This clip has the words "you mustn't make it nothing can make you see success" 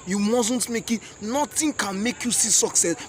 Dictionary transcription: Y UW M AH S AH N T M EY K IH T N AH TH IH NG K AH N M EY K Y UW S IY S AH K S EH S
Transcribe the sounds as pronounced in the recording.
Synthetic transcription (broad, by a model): Y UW M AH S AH N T M EY K IH T N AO T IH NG K AH N M EY K Y UW S IY S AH K S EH S